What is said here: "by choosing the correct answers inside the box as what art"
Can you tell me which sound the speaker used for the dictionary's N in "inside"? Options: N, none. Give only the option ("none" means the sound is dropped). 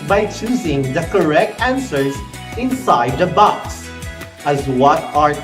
N